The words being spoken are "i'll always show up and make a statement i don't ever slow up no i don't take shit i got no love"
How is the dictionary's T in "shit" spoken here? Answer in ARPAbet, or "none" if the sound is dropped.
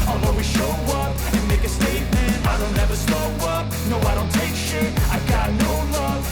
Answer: none